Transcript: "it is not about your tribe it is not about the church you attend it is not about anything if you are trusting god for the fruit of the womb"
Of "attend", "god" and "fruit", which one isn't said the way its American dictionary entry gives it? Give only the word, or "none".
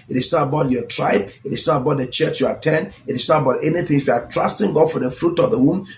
attend